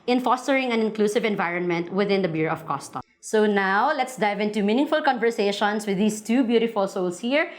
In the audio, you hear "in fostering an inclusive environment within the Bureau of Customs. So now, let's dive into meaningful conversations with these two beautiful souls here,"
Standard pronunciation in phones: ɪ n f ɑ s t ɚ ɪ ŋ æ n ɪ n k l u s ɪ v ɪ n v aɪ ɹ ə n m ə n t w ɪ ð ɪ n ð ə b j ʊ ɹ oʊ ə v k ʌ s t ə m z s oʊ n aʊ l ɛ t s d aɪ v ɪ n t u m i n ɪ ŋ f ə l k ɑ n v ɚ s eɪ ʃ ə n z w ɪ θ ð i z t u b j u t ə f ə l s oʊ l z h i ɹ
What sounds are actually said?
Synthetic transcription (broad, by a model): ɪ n f ɑ s t ɚ ɪ ŋ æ n ɪ n k l u s ɪ v ɪ n v aɪ ɹ ə n m ə n t w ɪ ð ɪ n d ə b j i ɹ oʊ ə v k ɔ s t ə s oʊ n aʊ l ɛ t s d aɪ v ɪ n t u m i n ɪ ŋ f ə l k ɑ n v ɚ s eɪ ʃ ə n s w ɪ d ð i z t u b j u t ə f ə l s oʊ l s h i ɹ